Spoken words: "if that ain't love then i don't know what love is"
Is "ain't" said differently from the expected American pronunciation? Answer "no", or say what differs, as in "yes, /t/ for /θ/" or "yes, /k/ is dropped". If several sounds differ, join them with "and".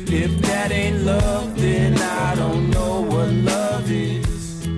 no